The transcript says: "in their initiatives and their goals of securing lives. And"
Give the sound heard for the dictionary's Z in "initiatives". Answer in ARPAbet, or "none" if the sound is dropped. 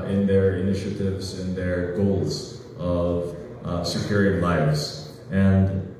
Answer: Z